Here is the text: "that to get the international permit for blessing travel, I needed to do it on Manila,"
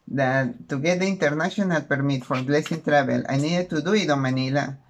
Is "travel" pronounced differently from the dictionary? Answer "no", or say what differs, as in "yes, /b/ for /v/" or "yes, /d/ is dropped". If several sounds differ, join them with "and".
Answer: yes, /b/ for /v/